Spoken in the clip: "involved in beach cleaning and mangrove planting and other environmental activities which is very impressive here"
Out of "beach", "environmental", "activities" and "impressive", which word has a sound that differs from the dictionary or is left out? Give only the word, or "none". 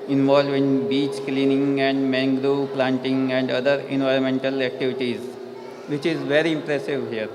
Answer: none